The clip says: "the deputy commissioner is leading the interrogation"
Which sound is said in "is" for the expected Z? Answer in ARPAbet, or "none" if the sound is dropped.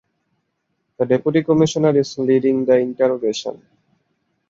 S